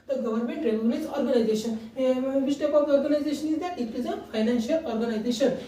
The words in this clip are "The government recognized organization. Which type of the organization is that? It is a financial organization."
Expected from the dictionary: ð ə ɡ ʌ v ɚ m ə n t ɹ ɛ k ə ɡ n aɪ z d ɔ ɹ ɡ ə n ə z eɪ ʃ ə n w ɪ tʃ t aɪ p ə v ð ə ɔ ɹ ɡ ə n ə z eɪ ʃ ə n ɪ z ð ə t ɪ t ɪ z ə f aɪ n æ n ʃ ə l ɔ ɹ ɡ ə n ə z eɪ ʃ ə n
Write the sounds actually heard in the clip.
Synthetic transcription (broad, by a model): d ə ɡ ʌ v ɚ m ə n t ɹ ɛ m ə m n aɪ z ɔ ɹ ɡ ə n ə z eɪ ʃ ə n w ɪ s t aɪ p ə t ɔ ɹ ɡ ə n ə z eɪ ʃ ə n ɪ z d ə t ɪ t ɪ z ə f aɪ n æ n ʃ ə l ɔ ɹ ɡ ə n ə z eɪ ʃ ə n